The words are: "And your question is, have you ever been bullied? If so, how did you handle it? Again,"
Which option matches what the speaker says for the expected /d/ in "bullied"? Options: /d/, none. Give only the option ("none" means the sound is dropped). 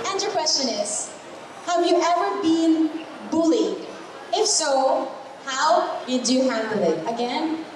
none